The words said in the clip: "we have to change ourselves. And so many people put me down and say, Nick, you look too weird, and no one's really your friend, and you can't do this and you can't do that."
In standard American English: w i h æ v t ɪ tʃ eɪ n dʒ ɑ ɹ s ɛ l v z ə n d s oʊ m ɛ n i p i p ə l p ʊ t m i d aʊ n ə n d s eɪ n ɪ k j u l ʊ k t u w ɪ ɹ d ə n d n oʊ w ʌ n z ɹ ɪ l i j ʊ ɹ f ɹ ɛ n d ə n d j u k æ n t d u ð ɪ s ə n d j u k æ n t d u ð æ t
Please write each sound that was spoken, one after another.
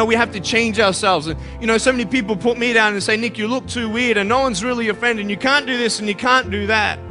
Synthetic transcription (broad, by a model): w i h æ f t ɪ tʃ eɪ n dʒ ɑ ɹ s ɛ l v z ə n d s oʊ m ɛ n i p i p l p ʊ t m i d aʊ n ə n s eɪ n ɪ k j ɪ l ʊ k t u w ɪ ɹ d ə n n oʊ w ʌ n z ɹ ɪ l i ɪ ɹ f ɹ ɛ n d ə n j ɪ k æ n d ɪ ð ɪ s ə n j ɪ k æ n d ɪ ð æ t